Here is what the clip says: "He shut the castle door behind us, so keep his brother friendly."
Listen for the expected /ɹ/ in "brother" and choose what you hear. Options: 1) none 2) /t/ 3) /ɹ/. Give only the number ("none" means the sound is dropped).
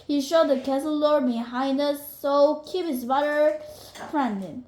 1